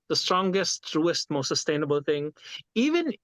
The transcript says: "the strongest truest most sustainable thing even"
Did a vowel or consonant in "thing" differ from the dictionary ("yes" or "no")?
yes